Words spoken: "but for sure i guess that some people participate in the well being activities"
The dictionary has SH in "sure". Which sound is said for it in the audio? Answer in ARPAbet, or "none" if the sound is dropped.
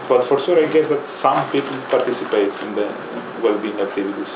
S